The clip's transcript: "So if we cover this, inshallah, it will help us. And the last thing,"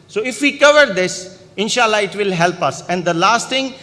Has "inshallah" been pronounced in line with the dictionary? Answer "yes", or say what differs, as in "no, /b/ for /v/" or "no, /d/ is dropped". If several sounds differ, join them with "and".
yes